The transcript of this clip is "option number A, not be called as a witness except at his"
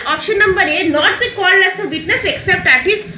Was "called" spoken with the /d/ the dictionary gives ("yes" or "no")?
no